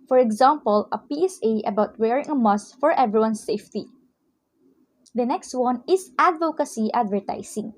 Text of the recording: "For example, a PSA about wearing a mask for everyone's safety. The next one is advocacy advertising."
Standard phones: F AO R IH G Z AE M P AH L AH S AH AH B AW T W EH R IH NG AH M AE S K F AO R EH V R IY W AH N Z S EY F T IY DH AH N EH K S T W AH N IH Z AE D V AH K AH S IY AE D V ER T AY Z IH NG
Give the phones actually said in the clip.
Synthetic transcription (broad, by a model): F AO R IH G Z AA M P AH L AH S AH AH B AW T W EH R IH NG AH M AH S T F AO R EH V R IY W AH N S EY F T IY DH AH N EH K S T W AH N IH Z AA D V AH K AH S IY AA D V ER T AY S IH NG